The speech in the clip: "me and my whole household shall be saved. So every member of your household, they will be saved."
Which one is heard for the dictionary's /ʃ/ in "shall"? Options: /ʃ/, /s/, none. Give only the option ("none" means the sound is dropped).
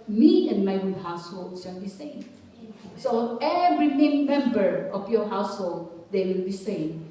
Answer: /s/